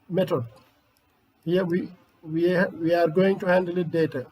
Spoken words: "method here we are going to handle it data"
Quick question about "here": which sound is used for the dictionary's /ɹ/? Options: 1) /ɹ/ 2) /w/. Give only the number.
2